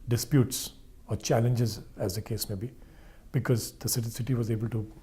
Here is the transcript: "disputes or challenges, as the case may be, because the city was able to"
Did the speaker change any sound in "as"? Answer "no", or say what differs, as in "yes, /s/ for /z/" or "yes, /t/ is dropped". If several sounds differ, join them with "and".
no